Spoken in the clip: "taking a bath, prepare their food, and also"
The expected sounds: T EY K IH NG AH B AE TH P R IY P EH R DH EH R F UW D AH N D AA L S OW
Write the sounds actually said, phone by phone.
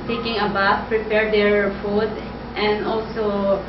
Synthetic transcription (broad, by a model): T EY K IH NG AH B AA F P R IY P EH R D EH R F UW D AH N D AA L S OW